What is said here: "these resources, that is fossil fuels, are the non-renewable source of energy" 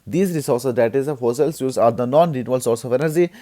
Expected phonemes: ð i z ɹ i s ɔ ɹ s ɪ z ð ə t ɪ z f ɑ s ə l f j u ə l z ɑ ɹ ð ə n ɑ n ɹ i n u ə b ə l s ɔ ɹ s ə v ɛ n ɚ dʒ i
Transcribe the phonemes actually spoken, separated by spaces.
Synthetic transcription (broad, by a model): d i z ɹ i s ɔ ɹ s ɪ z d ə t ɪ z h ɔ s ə l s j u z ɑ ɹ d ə n ɑ n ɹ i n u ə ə l s ɔ ɹ s ə v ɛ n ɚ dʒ i